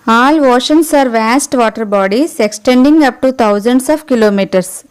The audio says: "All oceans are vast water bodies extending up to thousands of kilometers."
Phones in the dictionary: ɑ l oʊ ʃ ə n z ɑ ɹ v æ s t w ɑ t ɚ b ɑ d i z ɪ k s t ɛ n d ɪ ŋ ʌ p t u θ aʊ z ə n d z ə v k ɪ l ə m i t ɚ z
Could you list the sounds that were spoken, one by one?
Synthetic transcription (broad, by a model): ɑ l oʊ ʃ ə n s ɑ ɹ v æ s t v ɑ t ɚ b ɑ d i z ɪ k s t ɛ n d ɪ ŋ ʌ p t u t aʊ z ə n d s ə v k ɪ l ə m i t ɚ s